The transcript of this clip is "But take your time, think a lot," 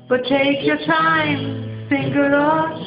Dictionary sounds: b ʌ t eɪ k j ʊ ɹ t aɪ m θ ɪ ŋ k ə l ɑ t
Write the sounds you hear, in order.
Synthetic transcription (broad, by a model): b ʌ t eɪ k j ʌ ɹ t aɪ m s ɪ ŋ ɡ ə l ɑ